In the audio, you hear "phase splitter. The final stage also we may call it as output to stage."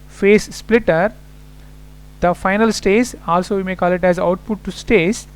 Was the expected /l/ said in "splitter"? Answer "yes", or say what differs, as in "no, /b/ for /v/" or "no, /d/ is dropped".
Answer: yes